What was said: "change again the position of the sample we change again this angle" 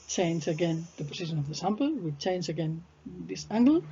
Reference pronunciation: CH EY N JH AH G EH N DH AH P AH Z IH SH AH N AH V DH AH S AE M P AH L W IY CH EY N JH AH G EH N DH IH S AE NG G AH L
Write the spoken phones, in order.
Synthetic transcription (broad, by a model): CH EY N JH AH G EH N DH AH P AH S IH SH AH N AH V DH AH S AE M P AH L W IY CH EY N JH AH G EH N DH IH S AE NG G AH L